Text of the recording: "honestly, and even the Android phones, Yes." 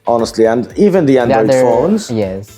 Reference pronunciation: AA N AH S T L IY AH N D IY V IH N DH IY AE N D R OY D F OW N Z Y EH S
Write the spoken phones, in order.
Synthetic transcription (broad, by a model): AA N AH S T L IY AH N D IY V IH N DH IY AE N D AH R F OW N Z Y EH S